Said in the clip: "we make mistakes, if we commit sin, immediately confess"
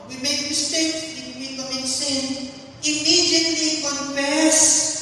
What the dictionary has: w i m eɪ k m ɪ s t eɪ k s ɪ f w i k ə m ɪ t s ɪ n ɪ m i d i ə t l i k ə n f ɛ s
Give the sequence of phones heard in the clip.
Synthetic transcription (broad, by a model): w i m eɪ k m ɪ s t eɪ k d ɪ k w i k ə ɪ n s ɪ n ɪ m i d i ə t l i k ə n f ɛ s